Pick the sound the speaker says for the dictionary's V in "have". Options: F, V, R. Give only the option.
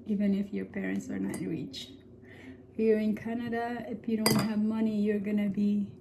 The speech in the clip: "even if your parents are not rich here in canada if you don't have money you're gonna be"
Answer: V